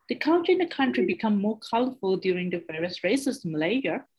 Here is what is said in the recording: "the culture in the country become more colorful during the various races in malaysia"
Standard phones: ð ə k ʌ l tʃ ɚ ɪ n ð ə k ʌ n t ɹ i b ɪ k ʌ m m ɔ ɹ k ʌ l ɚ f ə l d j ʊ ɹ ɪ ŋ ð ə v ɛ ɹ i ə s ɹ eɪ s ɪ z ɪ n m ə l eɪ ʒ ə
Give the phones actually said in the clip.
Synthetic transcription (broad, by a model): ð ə k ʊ n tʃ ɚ ɪ n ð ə k ʌ n t ɹ i b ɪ k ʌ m m ɔ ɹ k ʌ l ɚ f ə l d j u ɹ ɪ ŋ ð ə v ɛ ɹ i ə s ɹ eɪ ɪ s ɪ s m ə l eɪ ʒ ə